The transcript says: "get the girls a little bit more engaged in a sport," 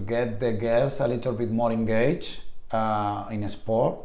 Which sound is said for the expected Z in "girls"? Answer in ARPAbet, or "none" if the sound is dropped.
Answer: S